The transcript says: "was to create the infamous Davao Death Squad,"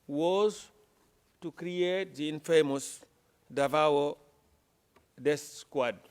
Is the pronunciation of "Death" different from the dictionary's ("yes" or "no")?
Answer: yes